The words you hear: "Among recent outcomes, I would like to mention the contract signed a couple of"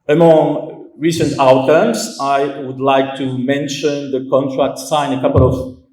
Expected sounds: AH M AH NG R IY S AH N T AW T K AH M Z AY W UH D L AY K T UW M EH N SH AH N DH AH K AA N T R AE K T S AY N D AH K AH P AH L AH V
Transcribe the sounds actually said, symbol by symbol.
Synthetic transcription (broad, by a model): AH M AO NG R IY S AH N T AW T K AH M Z AY W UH D L AY K T UW M EH N SH AH N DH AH K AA N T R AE K T S AY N AH K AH P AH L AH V